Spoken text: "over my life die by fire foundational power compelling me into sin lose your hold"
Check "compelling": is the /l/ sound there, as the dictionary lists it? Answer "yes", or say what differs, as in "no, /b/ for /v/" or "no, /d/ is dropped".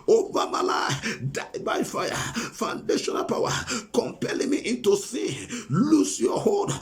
yes